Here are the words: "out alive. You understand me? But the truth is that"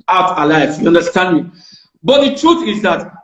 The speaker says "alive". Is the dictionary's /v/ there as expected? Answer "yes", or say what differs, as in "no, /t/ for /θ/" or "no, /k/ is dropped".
no, /f/ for /v/